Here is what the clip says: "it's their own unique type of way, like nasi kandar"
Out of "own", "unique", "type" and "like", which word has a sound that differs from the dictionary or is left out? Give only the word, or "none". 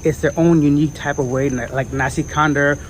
none